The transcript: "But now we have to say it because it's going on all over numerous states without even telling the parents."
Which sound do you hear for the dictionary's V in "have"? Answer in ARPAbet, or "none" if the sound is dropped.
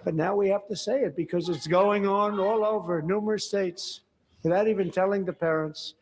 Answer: F